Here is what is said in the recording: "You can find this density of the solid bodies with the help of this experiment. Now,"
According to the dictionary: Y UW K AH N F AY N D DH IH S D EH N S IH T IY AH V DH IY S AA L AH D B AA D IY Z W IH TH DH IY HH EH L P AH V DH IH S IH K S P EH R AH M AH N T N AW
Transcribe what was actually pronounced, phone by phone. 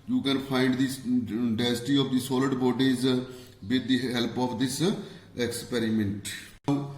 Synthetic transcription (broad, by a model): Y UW K AH N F AY N D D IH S D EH S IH T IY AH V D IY S AA L AH D B AA D IY Z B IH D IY HH EH L P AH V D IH S IH K S P EH R AH M AH N T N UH